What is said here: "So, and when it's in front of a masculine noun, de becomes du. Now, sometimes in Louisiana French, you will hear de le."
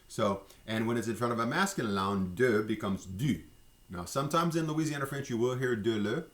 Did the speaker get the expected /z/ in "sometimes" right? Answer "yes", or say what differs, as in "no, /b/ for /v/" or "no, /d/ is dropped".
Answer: yes